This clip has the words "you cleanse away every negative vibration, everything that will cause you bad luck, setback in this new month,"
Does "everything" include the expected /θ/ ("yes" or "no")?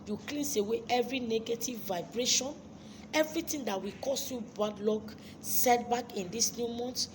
no